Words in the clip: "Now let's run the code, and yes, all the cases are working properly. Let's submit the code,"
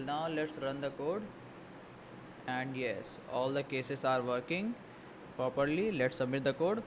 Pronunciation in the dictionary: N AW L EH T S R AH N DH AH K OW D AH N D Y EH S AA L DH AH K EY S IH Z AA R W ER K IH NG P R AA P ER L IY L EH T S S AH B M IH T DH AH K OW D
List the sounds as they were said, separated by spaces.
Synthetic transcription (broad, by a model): N AW L EH T S R AH N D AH K OW D AH N D Y EH S AA L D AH K EY S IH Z AA R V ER K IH NG P R AA P ER L IY L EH T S S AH M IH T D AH K OW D